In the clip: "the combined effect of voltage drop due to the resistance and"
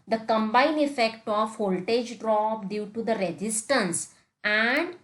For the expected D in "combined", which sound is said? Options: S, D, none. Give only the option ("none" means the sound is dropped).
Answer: none